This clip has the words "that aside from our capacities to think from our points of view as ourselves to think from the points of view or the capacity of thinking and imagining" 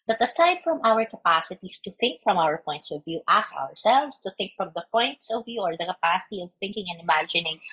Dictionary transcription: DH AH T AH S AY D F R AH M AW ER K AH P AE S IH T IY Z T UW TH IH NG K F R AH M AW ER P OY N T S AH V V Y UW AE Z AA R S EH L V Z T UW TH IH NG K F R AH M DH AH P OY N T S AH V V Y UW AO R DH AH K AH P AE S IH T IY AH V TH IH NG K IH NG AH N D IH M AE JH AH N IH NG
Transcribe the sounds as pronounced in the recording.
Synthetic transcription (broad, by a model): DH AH T AH S AY D F R AH M AW ER K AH P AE S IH T IY S T UW TH IH NG K F R AH M AW ER P OY N T S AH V V Y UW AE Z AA R S EH L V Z T UW TH IH NG K F R AH M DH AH P OY N T S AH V V Y UW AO R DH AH K AH P AE S IH T IY AH V TH IH NG K IH NG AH N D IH M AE JH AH N IH NG